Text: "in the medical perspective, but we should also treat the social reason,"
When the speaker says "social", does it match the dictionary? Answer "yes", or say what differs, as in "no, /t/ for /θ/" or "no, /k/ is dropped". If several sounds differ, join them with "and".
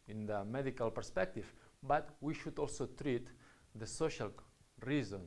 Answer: yes